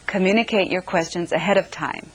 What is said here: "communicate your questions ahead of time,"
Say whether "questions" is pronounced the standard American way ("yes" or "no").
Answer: yes